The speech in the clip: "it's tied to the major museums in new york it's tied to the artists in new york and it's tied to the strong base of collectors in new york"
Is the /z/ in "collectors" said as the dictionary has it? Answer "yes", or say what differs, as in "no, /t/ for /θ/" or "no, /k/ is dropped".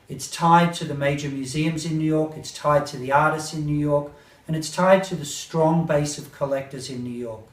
yes